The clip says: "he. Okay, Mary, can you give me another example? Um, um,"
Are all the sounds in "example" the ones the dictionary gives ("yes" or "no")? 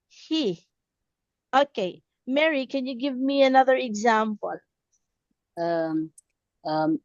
yes